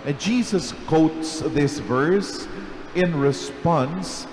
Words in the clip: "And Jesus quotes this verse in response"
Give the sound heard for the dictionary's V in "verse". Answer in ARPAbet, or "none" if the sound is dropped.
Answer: V